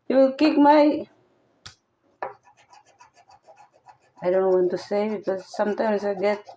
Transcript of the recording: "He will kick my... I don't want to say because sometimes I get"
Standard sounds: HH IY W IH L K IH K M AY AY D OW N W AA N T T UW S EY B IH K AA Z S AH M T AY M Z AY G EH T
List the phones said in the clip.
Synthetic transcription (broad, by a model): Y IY W IH L K IH K M AY AY D OW N W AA N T T UW S EY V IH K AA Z S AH M T AY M S AY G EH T